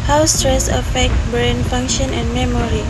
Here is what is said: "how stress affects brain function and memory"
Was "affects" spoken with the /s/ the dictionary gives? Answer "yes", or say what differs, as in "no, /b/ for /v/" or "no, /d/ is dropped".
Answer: no, /s/ is dropped